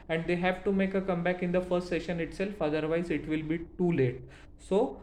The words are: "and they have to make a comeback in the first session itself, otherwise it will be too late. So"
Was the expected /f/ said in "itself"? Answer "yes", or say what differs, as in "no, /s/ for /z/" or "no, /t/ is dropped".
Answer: yes